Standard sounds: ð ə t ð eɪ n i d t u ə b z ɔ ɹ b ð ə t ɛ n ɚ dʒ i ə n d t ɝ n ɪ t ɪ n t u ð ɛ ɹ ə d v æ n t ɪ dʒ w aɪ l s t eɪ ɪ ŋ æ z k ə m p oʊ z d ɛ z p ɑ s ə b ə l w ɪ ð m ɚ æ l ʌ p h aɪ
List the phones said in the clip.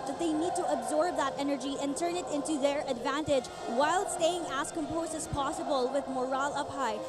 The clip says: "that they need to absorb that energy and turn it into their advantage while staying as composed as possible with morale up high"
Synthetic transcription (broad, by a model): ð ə t ð eɪ n i d t u ə b z ɔ ɹ b ð ə t ɛ n ɚ dʒ i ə n t ɝ n ɪ t ɪ n t u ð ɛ ɹ ə d v æ n t ɪ dʒ w aɪ l s t eɪ ɪ ŋ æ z k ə m p oʊ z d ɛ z p ɑ s ə b ə l w ɪ ð m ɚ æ l ʌ p h aɪ